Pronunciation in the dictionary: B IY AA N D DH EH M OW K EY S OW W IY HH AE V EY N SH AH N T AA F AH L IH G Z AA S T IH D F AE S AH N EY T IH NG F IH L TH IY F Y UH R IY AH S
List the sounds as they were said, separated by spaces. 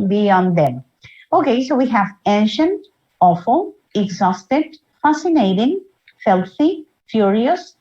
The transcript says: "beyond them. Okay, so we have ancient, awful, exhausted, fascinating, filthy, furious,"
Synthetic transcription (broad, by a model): B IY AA N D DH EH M OW K EY S OW W IY HH AE V EY N SH AH N T AA F AH L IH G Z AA S T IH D F AE S AH N EY T IH NG F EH L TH IY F Y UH R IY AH S